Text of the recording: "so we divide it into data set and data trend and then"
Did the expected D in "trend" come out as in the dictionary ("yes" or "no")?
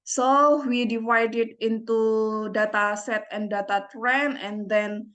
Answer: no